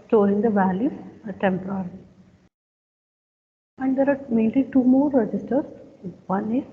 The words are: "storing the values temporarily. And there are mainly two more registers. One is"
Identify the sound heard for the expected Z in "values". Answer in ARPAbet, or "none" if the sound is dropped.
none